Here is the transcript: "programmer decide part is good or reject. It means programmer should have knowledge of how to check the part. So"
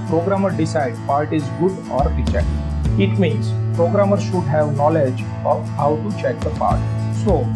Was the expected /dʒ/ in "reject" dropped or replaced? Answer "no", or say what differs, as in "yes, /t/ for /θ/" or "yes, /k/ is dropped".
yes, /tʃ/ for /dʒ/